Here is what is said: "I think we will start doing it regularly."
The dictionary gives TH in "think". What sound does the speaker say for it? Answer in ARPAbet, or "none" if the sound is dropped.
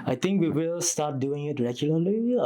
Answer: T